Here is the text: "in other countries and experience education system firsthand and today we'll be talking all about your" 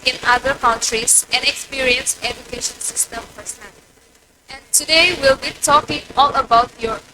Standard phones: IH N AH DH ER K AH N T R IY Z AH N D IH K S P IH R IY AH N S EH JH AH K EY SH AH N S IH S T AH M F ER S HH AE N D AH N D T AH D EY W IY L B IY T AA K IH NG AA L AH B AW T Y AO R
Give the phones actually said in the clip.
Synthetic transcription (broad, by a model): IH N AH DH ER K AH N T R IY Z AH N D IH K S P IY R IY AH N S EH JH AH K EY SH AH N S IH S T AH M P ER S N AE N AH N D T AH D EY W IY L B IY T AA K IH NG AA L AH B AW T Y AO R